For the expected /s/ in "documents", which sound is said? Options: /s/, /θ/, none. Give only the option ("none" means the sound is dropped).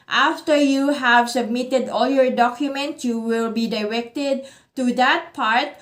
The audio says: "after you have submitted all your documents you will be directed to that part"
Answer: none